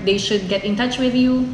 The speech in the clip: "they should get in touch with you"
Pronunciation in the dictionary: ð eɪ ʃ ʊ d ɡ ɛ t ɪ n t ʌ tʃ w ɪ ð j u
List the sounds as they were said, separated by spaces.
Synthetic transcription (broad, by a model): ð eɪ ʃ ʊ d ɡ ɛ t ɪ n t ʌ tʃ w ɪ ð j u